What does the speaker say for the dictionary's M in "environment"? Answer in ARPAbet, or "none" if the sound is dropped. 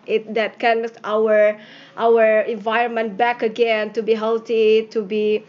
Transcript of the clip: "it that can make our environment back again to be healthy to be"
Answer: M